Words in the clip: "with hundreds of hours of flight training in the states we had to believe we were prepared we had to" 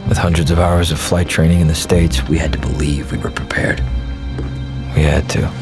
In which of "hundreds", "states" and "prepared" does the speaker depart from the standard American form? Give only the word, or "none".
none